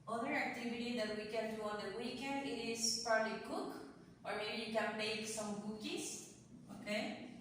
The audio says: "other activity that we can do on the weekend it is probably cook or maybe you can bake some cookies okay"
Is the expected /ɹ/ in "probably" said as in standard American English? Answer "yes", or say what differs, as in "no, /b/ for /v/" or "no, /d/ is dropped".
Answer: yes